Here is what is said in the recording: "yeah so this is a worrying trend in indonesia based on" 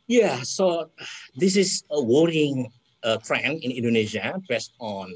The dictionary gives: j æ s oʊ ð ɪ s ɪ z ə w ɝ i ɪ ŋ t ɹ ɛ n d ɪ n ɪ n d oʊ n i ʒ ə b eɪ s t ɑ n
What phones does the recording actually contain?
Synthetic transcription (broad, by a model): j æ s oʊ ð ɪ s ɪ s ə w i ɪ ŋ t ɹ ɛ n ɪ n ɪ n d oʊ n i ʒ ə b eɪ s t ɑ n